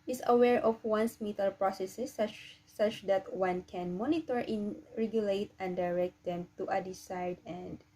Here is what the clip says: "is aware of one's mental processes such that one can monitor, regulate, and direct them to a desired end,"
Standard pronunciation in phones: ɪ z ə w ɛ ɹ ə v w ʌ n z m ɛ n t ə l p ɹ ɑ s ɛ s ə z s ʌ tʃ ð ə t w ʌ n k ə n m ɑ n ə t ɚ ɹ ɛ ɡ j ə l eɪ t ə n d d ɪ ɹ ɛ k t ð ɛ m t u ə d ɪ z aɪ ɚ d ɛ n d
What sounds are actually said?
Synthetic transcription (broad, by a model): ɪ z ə w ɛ ɹ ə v w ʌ n s m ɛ t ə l p ɹ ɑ s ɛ s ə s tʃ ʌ tʃ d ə t w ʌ n k ə n m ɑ n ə t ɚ ɹ ɛ ɡ j ə l eɪ t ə n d d ɪ ɹ ɛ k t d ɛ m t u ə d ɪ s aɪ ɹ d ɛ n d